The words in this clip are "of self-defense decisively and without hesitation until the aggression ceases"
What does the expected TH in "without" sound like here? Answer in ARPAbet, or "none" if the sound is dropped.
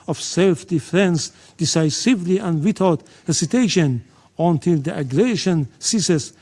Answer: T